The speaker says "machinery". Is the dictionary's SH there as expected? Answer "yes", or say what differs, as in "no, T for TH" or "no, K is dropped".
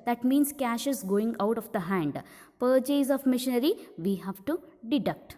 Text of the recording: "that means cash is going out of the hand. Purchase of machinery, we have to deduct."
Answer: yes